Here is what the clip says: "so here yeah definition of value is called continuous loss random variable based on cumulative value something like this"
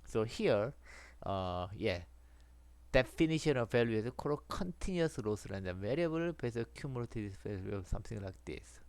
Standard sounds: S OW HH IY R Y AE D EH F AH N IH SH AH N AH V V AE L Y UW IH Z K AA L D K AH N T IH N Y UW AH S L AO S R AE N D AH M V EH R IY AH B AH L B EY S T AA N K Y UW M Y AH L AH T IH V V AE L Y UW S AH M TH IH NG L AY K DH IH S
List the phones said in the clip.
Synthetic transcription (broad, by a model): S OW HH IY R Y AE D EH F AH N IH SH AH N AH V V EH L Y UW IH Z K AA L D K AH N T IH N Y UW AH S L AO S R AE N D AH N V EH R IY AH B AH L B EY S AA K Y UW M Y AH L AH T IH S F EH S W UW S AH M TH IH NG L AY K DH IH S